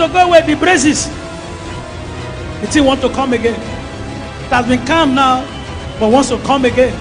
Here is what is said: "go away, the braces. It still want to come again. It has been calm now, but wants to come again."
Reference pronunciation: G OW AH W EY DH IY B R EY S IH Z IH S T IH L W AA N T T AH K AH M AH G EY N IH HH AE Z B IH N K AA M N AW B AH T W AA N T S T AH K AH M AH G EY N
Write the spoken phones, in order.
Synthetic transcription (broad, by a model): G OW AH W EY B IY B R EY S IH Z IH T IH N W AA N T T AH K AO M AH G EY N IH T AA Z B IH N K AA M N AW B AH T W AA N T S T AH K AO M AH G EY N